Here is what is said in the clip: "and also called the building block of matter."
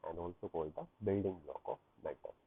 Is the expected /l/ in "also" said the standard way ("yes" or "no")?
yes